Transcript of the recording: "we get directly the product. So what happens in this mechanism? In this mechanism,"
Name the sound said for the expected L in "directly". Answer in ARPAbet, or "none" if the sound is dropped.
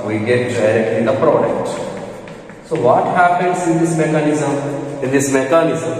none